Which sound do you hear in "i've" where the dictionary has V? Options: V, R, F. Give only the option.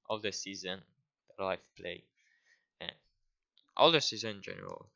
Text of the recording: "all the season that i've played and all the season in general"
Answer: F